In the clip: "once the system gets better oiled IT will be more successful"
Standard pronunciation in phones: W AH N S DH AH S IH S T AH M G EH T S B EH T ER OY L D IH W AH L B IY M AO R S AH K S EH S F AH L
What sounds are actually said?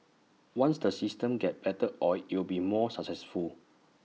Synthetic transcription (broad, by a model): W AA N S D AH S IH S T AH M G EH T B EH T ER OY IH W AH L B IY M AO S AH K S EH S F AH L